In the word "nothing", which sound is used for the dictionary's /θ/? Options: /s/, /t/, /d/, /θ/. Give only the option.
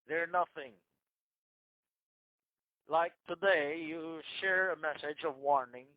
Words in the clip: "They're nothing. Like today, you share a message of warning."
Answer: /θ/